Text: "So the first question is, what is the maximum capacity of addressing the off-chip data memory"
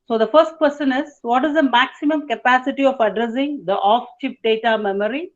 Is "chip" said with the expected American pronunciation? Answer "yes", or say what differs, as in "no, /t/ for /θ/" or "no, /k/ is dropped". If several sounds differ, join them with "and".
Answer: yes